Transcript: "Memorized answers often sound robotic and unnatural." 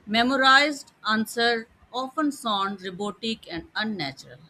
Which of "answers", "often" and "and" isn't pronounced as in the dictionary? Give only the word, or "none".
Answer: answers